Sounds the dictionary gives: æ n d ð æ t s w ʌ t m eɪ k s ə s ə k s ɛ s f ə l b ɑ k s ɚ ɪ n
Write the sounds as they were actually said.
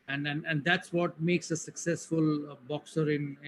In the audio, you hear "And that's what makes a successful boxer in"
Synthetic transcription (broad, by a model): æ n d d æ t s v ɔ t m eɪ k s ə s ə k s ɛ s f ə l b ɑ k s ɚ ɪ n